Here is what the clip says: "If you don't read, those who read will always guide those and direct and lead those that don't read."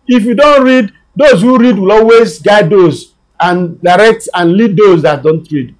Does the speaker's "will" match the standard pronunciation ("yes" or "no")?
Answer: yes